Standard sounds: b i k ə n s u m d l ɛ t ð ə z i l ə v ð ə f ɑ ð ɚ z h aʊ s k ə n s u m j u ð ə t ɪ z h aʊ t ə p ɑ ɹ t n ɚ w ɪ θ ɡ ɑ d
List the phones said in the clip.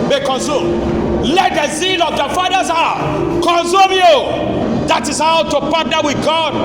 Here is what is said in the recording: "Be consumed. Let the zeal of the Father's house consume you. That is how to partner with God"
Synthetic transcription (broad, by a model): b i k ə n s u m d l ɛ t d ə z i l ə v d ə f ɑ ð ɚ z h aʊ k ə n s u m j u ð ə t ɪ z h aʊ t ə p ɑ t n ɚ w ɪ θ ɡ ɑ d